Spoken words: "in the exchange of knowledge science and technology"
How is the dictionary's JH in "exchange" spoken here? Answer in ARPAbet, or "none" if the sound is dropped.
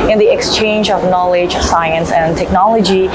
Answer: JH